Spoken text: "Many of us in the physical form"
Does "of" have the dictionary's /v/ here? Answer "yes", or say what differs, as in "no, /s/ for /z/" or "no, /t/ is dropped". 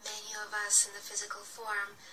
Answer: yes